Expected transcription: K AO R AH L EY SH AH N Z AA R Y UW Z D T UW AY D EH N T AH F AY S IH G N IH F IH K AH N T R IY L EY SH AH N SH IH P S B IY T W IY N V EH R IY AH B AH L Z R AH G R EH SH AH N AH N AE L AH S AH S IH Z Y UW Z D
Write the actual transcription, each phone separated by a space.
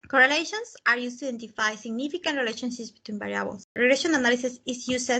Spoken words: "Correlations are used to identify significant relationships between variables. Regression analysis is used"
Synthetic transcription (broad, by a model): K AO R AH L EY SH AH N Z AA R Y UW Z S T UW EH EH N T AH F AY S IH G N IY F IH K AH N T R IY L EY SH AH N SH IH S B IY T W IY N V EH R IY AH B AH L S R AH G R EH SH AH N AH N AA L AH S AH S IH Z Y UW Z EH